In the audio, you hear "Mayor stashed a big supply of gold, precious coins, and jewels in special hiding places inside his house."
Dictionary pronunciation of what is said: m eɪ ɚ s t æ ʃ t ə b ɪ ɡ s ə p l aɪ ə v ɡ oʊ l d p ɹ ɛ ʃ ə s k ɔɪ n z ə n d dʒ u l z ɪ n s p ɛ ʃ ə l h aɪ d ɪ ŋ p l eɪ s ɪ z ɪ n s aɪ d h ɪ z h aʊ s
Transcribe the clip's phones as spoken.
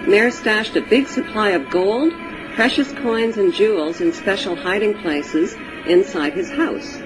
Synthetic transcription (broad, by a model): m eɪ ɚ s t æ ʃ t ə b ɪ ɡ s ə p l aɪ ə v ɡ oʊ l d p ɹ ɛ ʃ ə s k ɔɪ n z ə n dʒ u l z ɪ n s p ɛ ʃ l h aɪ d ɪ ŋ p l eɪ s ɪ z ɪ n s aɪ d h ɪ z h aʊ s